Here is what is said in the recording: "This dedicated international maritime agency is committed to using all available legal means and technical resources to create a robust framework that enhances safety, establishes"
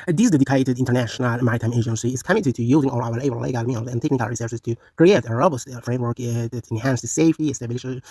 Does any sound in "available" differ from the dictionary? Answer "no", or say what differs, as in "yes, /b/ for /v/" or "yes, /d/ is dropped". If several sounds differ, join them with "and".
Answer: yes, /w/ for /v/ and /b/ is dropped